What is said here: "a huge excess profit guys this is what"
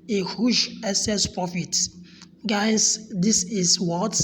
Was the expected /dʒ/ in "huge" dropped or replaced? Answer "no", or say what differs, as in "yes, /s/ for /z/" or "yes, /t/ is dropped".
yes, /ʃ/ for /dʒ/